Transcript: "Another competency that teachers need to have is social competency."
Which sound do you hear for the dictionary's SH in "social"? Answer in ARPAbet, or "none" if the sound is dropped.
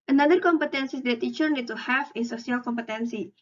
none